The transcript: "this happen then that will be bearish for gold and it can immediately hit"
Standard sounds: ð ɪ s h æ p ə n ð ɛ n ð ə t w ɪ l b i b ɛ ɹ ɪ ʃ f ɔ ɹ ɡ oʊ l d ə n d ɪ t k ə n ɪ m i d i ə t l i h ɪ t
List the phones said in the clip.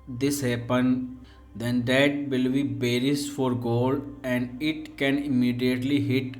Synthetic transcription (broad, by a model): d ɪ s h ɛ p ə n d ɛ n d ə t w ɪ l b i b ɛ ɹ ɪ s f ɔ ɹ ɡ oʊ l d ə n d ɪ t k ə n ɪ m i d i ə t l i h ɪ t